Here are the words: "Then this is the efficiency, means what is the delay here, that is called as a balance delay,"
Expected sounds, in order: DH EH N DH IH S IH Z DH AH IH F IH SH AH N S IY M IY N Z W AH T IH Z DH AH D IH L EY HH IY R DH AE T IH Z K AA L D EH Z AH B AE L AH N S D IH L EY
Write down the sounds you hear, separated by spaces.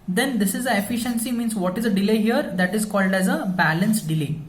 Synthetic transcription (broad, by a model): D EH N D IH S IH Z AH IH F IH SH AH N S IY M IY N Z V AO T IH Z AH D IH L EY HH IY R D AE T IH Z K AA L D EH Z AH B AE L AH N S D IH L EY